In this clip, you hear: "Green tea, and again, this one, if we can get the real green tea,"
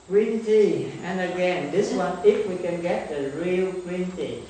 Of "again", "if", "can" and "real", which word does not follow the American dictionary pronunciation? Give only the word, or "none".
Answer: none